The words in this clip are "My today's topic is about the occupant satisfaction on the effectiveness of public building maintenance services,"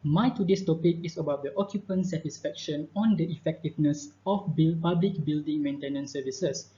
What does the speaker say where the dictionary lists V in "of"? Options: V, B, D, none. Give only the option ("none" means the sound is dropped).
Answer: B